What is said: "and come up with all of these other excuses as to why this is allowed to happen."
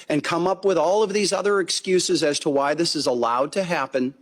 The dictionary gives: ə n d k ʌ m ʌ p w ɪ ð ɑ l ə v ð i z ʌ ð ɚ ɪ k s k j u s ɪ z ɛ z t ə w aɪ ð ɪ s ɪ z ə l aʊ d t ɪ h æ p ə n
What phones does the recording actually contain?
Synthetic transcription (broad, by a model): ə n k ʌ m ʌ p w ɪ ð ɑ l ə v ð i z ʌ ð ɚ ɪ k s k j u s ɪ z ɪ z t ə w aɪ ð ɪ s ɪ z ə l aʊ d t ɪ h æ p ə n